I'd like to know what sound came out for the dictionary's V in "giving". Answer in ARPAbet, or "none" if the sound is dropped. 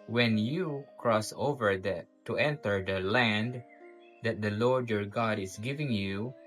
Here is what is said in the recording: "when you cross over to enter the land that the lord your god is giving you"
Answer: V